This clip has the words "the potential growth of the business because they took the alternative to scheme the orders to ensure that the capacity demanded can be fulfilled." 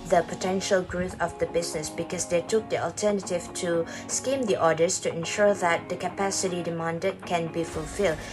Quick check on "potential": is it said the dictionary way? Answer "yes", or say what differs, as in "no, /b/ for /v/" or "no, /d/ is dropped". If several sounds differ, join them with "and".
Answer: yes